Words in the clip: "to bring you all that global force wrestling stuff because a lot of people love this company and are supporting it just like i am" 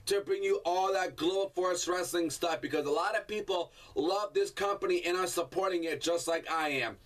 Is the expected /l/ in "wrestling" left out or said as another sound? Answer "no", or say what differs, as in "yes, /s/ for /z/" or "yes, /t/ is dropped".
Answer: no